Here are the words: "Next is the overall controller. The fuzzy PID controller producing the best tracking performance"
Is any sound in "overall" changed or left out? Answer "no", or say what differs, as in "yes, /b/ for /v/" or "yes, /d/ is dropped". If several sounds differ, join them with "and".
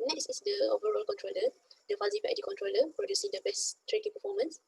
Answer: no